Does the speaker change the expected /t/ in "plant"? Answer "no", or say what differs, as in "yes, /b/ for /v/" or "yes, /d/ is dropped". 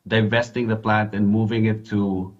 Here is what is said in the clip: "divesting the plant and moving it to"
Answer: no